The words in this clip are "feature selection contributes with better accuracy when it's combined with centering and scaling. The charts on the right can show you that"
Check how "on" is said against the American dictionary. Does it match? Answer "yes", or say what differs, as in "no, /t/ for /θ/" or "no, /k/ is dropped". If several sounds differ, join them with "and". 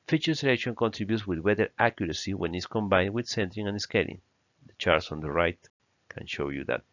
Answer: yes